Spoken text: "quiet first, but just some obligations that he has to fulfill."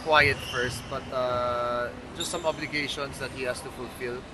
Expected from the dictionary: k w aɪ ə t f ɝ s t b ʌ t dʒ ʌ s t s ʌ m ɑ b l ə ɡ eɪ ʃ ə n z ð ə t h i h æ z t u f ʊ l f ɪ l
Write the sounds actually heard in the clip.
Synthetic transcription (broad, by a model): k w aɪ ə t f ɝ s t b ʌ t dʒ ʌ s t s ʌ m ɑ b l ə ɡ eɪ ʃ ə n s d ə t h i h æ s t u f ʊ l f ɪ l